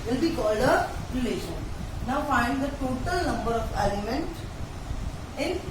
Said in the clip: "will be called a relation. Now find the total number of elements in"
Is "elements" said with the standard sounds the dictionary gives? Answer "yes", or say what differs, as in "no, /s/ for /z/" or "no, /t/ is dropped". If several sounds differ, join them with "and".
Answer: no, /s/ is dropped